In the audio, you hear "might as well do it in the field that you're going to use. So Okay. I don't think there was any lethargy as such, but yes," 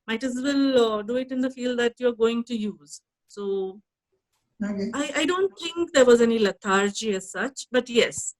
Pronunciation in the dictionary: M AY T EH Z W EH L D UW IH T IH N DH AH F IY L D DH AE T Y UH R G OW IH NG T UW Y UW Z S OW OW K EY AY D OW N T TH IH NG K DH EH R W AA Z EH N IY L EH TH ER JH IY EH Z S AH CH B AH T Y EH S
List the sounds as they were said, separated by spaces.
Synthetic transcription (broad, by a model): M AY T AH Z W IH L D UW IH T IH N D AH F IY L D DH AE T Y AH R G OW IH NG T UW Y UW Z S OW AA IH AY D OW N T T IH NG K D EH R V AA Z EH N IY L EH T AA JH IY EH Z S AH CH B AH T Y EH S